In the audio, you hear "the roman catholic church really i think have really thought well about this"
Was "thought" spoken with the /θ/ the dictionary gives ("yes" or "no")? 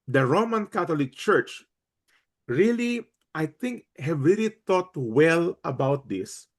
no